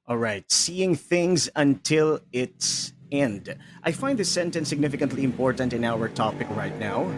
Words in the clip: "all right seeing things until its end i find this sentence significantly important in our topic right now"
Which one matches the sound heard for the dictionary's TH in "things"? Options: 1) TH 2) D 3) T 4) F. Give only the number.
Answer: 1